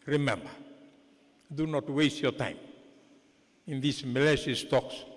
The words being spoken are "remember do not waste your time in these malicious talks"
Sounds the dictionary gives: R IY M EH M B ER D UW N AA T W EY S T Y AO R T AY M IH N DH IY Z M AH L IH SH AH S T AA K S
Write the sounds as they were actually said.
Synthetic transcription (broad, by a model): R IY M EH M B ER D UW N AA T W EY S T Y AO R T AY M IH N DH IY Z M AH L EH S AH S T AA K S